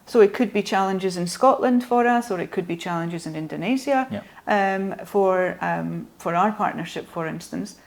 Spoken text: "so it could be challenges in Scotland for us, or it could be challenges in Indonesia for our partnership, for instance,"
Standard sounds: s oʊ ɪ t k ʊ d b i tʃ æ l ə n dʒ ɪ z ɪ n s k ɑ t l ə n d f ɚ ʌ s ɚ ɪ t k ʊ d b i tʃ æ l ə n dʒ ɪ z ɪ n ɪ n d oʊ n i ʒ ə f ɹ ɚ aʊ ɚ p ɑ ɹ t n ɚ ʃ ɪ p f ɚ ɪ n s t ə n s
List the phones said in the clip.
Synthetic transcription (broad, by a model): s oʊ ɪ t k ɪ d b i tʃ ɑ l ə n dʒ ɪ z ɪ n s k ɑ t l ə n d f ɚ ʌ s ɚ ɪ t k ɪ d b i tʃ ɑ l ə n dʒ ɪ z ɪ n ɪ n d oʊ n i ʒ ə f ɹ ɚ aʊ ɚ p ɑ ɹ t n ɚ ʃ ɪ p f ɚ ɪ n s t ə n s